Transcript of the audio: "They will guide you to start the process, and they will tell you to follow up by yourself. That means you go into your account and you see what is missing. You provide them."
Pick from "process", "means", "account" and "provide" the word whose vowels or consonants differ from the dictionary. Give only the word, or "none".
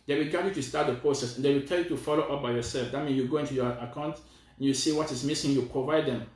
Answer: means